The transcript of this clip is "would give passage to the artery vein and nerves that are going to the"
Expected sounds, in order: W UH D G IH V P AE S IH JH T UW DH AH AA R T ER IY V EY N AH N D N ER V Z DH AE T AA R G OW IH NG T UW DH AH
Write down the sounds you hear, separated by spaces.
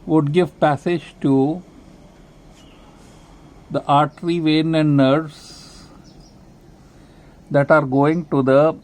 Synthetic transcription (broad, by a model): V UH D G IH V P AE S IH JH T UW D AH AA R T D IY V EY N AH N D N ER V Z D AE T AA R G OW IH NG T UW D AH